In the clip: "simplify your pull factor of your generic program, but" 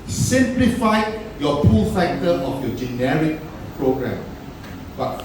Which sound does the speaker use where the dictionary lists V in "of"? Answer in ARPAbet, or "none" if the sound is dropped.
F